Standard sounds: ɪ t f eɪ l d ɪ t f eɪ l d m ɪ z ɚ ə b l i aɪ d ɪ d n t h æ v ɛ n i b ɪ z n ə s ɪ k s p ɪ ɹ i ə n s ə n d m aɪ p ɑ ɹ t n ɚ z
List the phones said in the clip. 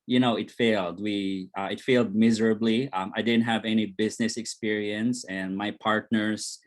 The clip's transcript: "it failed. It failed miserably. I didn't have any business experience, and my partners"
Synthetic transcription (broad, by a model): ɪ t f eɪ l d ɪ t f eɪ l d m ɪ z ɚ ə b l i aɪ d ɪ d n t h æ v ɛ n i b ɪ z n ə s ɪ k s p ɪ ɹ i ə n s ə n m aɪ p ɑ ɹ t n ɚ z